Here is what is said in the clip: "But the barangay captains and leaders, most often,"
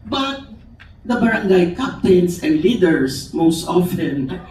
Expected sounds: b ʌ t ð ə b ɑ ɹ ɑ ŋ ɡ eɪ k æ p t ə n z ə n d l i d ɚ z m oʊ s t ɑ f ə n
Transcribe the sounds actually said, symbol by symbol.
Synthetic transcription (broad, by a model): b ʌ t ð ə b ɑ ɹ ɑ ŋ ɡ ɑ k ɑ p t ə n s ə n d l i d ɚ s m oʊ s t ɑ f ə n